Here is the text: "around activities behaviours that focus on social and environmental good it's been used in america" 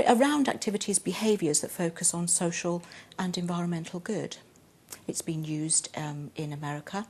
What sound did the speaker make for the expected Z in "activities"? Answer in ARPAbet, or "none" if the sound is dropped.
Z